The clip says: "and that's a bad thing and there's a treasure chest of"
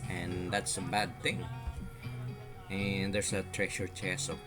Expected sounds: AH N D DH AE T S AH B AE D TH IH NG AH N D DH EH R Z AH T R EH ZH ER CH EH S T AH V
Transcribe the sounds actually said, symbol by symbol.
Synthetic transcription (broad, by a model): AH N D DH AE T S AH B AE D TH IH NG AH N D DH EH R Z AH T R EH SH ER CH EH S AH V